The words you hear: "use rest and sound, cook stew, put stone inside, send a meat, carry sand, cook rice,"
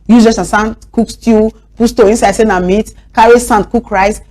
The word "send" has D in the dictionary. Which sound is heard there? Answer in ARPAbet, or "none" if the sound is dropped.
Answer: none